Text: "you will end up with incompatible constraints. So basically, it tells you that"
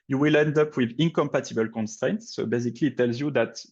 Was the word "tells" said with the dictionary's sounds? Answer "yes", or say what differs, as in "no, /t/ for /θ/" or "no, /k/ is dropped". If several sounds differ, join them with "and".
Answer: yes